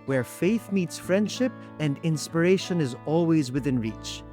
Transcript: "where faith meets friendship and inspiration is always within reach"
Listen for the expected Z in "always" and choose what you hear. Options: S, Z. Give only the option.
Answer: Z